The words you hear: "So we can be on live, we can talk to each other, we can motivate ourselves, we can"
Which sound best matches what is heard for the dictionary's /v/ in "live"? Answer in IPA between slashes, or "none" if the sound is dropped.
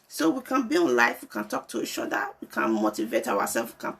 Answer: /f/